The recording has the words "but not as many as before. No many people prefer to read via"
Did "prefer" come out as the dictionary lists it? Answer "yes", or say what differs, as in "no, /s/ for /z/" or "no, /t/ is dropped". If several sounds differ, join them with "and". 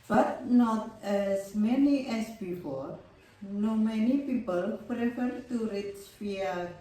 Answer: yes